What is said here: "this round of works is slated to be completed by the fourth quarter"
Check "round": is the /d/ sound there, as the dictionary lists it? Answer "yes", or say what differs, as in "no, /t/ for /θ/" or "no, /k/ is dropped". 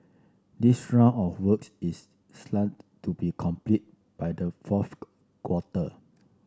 no, /d/ is dropped